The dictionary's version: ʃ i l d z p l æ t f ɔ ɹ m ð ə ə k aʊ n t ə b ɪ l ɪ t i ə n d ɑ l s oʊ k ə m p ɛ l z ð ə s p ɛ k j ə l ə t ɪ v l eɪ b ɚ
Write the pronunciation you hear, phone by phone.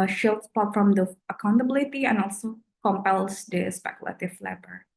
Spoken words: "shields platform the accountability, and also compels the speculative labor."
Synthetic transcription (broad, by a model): ʃ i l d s p ɑ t f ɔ m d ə ə k aʊ n t ə b ɪ l ɪ t i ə n ɑ l s oʊ k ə m p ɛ l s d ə s p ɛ k j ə l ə t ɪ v l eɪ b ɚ